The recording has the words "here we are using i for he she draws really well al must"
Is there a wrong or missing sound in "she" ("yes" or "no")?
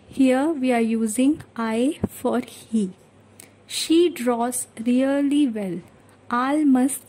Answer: no